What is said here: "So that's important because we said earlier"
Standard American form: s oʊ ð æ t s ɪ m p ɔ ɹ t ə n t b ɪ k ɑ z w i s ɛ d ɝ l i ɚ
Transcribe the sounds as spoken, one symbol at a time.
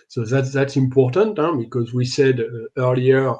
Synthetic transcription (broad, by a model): s oʊ ð æ t s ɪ m p ɔ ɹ t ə n t b ɪ k ɑ z w i s ɛ d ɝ l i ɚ